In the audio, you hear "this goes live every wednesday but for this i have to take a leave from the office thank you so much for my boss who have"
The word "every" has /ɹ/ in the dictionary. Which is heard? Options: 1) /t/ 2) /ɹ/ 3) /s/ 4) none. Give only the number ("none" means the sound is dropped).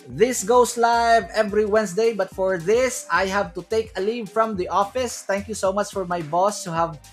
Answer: 2